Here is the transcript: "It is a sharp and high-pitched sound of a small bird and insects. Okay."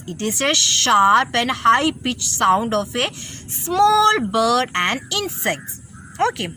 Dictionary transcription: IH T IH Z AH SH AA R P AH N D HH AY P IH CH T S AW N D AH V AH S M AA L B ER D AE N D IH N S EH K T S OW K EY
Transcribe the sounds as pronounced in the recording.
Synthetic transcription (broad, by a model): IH T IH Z AH SH AA R P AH N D HH AY P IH CH S AW N D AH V AH S M AA L B ER D AE N D IH N S EH K T S OW K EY